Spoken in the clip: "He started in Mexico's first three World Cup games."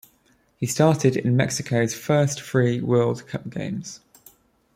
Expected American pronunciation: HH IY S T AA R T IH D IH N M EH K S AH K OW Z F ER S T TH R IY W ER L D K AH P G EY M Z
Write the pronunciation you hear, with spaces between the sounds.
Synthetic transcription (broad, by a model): HH IY S T AA T IH D IH N M EH K S AH K OW Z F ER S T F R IY W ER L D K AH P G EY M Z